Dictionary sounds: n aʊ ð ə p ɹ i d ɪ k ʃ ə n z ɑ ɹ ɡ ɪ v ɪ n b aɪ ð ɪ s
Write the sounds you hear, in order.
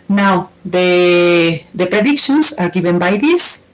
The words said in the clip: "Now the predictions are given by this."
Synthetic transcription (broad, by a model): n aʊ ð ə p ɹ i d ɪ k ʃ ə n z ɑ ɹ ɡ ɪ b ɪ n b aɪ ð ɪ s